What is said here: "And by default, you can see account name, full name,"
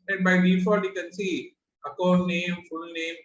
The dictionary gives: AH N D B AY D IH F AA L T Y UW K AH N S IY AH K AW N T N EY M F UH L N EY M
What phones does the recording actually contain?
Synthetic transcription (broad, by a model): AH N B AY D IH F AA T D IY K AH N S IY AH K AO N N EY M F UH L N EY M